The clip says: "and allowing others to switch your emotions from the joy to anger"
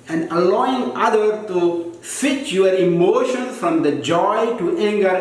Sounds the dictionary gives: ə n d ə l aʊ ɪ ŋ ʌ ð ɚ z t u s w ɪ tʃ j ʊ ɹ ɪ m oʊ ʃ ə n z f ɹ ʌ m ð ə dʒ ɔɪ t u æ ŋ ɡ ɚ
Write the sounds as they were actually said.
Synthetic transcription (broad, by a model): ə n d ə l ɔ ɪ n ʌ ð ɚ t u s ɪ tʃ j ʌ ɹ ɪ m oʊ ʃ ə n s f ɹ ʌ m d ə dʒ ɔɪ t u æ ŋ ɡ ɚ